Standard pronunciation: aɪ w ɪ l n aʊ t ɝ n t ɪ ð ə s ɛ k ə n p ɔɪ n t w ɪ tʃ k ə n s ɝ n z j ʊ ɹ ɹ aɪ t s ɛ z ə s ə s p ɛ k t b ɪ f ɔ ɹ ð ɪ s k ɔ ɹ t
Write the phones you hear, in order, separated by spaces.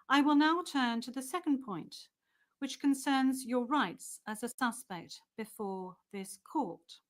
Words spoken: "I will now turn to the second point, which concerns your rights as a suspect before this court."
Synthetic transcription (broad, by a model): aɪ w ɪ l n aʊ t ɝ n t ɪ ð ə s ɛ k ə n p ɔɪ n t w ɪ tʃ k ə n s ɝ n z j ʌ ɹ ɹ aɪ t s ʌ z ə s ə s p ɛ k t b ɪ f ɔ ɹ ð ɪ s k ɔ ɹ t